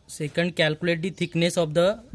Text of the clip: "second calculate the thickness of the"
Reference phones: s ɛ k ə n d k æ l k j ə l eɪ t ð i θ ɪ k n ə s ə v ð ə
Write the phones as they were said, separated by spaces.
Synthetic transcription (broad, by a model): s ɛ k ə n d k æ l k j ə l eɪ t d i t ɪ k n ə s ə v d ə